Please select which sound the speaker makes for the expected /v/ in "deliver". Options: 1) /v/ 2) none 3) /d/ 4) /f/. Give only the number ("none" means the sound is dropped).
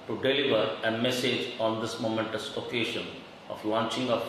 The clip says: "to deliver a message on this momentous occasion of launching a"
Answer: 1